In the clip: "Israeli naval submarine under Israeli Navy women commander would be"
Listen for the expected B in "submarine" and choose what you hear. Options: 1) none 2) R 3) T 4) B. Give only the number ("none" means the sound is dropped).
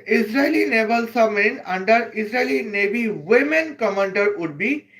1